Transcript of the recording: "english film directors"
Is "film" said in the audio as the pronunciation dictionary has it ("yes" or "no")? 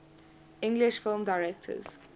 yes